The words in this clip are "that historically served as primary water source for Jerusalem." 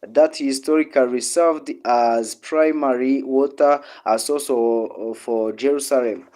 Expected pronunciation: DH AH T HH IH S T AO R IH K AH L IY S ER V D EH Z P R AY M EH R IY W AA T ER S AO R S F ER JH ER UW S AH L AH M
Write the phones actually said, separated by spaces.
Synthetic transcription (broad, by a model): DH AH T HH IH S T AO R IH K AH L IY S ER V D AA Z P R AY M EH R IY W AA T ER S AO L S F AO JH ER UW S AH L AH M